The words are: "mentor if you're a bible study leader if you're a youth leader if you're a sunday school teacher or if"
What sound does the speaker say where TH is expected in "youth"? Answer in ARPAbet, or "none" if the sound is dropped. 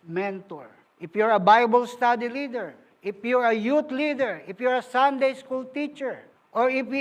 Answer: T